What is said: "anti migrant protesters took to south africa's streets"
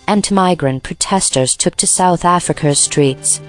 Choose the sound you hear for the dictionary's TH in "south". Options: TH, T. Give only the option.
TH